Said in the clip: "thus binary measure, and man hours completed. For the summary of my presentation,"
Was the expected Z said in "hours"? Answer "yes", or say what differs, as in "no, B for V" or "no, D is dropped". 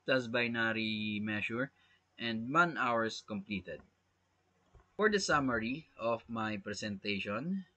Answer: no, S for Z